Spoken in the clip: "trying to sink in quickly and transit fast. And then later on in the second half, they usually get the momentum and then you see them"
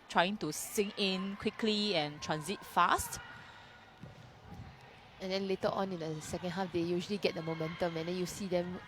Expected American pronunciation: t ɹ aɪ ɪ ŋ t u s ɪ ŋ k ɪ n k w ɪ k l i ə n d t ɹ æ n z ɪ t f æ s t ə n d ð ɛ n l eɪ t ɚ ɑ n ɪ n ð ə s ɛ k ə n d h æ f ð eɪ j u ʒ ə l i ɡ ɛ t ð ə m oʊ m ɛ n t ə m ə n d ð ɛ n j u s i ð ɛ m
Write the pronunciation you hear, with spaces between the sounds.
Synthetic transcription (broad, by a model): t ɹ aɪ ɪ ŋ t u s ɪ ŋ ɪ n k w ɪ k l i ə n t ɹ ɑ n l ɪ t f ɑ s t ə n d ɛ n l eɪ t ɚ ɑ n ɪ n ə s ɛ k ə n d h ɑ f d eɪ j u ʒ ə l i ɡ ɛ t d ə m oʊ m ɛ n t ə m ə n d ɛ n j u s i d ɛ m